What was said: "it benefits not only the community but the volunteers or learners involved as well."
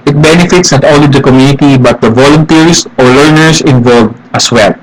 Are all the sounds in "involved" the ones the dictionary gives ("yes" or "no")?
no